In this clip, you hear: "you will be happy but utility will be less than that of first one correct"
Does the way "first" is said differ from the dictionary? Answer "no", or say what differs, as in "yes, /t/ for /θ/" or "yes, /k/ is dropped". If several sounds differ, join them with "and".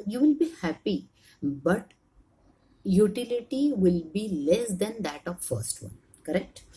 no